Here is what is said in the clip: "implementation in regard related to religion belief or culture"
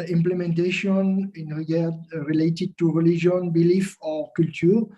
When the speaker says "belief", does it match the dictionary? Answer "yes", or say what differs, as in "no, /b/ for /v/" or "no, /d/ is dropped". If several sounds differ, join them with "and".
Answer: yes